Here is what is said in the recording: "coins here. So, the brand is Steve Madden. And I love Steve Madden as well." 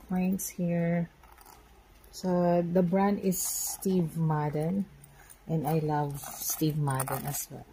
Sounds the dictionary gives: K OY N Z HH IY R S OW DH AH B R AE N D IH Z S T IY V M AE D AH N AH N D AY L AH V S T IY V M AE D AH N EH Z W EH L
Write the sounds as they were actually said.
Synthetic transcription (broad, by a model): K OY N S HH IY R S OW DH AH B R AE N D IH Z S T IY V M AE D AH N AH N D AY L AH V S T IY V M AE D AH N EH S W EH L